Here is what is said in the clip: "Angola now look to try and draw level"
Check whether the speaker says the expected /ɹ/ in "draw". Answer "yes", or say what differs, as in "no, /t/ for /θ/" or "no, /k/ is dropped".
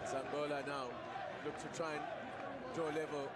no, /ɹ/ is dropped